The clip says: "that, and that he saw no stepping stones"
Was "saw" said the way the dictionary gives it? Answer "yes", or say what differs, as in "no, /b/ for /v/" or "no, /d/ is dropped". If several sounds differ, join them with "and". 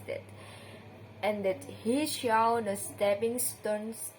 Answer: no, /ʃ/ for /s/